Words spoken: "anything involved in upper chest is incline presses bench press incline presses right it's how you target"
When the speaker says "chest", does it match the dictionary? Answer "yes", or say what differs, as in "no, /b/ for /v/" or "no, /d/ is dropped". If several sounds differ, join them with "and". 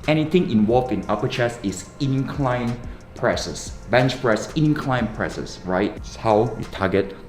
no, /t/ is dropped